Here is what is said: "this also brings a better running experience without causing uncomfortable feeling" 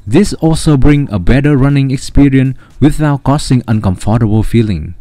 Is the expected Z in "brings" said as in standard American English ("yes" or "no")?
no